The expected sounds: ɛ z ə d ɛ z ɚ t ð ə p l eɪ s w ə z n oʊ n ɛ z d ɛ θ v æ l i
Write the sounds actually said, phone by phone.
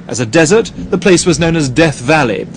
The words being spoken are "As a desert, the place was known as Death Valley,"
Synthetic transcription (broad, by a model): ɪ z ə d ɛ z ɚ t ð ə p l eɪ s w ə z n oʊ n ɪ z d ɛ θ v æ l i